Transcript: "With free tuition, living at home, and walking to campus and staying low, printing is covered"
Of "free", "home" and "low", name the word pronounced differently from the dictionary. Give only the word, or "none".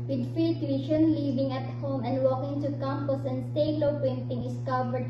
free